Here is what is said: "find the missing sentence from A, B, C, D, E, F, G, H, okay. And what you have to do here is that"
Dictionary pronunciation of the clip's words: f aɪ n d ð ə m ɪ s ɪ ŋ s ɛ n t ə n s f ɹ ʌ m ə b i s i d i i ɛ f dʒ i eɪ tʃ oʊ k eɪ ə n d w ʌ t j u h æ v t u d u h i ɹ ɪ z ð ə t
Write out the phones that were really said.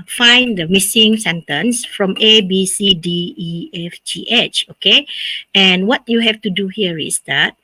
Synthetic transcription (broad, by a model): f aɪ n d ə m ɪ s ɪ ŋ s ɛ n t ə n s f ɹ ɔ m ə b i s i d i i ɛ f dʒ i eɪ tʃ oʊ k eɪ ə n w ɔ t j u h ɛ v t u d u h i ɹ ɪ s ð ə t